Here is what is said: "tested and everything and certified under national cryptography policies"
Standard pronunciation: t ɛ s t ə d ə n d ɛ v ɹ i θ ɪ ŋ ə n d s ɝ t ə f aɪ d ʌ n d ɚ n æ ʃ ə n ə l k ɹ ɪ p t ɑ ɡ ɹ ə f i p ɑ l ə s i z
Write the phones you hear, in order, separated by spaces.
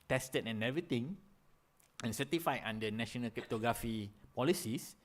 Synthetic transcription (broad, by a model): t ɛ s t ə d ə n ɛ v ɹ i t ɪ ŋ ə n s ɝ t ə f aɪ ʌ n d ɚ n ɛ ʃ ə n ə l k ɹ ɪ p t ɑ ɡ ɹ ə f i p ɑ l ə s i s